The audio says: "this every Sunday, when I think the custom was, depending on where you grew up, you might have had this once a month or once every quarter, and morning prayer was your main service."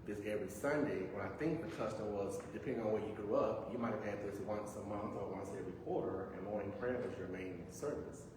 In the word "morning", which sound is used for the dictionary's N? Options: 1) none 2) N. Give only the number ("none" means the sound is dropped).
1